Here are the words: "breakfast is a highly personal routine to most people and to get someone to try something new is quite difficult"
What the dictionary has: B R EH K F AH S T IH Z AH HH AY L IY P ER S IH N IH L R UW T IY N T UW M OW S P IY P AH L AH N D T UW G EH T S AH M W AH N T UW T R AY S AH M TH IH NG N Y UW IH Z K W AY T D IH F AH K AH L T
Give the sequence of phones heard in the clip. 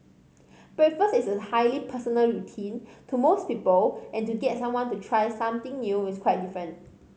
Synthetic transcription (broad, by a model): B R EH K F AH S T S AH HH AY L IY P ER S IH N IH L R UW T IY N T UW M OW S P IY P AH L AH N T UW G EH T S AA M W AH N T UW T R AY S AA M T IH NG N Y UW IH S K W AY T D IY F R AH N T